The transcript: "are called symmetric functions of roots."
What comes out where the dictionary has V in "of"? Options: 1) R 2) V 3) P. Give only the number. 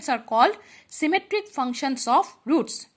3